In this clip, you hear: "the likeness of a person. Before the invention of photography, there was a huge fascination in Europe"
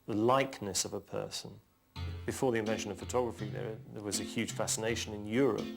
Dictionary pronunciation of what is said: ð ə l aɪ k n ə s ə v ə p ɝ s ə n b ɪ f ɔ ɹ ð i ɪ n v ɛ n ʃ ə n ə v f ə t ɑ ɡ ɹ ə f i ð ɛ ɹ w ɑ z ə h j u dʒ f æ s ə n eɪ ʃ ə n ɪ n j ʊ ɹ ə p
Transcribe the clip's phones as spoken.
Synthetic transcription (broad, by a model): ð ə l aɪ k n ə s ə v ə p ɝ s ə n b ɪ f ɔ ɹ ð i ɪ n v ɛ n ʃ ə n ə v f ə t ɑ ɡ ɹ ə f i ð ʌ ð w ɑ z ə h j u dʒ f æ s ə n eɪ ʃ ə n ɪ n j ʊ ɹ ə p